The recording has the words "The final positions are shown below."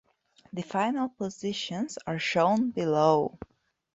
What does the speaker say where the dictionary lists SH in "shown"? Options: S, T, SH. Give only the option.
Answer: SH